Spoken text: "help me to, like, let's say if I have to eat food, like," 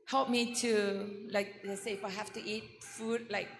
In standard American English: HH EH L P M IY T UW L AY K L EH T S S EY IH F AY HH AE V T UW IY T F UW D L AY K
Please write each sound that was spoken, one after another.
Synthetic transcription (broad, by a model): HH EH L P M IY T UW L AY K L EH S S EY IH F AY HH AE F T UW IY T F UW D L AY K